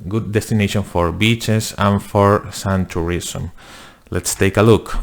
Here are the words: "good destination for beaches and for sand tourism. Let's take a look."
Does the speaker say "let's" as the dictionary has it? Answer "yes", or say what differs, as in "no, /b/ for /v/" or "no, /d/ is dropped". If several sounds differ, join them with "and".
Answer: yes